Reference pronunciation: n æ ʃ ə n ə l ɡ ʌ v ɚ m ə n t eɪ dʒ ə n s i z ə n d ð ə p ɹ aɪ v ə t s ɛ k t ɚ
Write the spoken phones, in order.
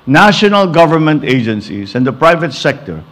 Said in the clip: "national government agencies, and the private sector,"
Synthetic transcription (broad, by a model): n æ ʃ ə n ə l ɡ ʌ v ɚ m ə n t eɪ dʒ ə n s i s ə n d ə p ɹ aɪ v ə t s ɛ k t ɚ